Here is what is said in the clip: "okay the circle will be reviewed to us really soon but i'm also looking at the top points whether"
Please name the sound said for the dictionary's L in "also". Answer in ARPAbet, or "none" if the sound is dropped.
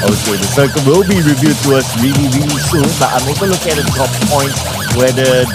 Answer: none